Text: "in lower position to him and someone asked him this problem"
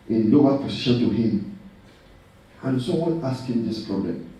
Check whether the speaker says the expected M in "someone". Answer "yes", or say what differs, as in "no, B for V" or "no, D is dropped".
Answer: no, M is dropped